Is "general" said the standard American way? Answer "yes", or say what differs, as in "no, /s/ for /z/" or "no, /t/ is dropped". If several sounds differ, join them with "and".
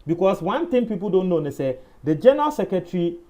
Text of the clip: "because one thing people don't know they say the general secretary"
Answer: yes